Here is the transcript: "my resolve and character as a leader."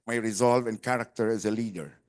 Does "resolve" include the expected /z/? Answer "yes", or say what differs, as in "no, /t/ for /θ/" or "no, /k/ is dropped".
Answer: yes